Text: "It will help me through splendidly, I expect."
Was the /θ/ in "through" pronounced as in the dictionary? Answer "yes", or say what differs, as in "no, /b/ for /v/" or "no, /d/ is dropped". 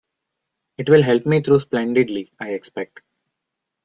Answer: no, /t/ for /θ/